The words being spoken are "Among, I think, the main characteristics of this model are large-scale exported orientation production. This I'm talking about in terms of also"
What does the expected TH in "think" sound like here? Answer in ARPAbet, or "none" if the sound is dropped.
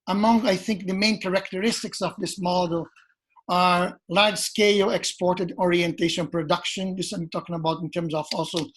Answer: TH